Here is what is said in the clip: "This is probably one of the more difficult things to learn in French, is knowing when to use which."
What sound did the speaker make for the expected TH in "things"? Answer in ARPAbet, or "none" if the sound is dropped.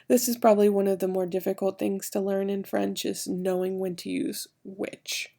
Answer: TH